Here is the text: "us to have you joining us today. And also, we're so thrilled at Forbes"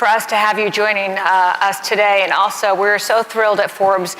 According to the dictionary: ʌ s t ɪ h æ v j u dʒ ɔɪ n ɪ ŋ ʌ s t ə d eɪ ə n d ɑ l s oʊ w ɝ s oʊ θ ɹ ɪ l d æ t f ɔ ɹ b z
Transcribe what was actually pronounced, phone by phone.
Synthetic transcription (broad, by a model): ʌ s t ɪ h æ v j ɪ dʒ ɔɪ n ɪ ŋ ʌ s t ə d eɪ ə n ɑ l s oʊ w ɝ s oʊ θ ɹ ɪ l d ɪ t f ɔ ɹ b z